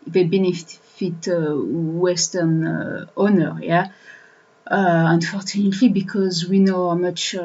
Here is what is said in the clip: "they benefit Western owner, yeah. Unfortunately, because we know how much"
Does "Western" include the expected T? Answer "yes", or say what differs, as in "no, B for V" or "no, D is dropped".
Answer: yes